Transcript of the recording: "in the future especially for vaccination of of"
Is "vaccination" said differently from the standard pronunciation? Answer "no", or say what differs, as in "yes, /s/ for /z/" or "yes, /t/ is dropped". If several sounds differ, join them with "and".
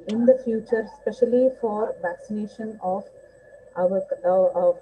no